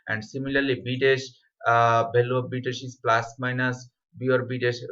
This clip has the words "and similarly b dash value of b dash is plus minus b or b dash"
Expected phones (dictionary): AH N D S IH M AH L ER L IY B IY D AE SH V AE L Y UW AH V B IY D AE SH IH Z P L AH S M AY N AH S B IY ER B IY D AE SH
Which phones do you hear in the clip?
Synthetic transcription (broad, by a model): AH N D S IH M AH L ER L IY B IY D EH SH B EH L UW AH B IY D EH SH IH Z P L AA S M AY N AH S B IY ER B IY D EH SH